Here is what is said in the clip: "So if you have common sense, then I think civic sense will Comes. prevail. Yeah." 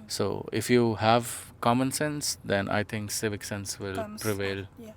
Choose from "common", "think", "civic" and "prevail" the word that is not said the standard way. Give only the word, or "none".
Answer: think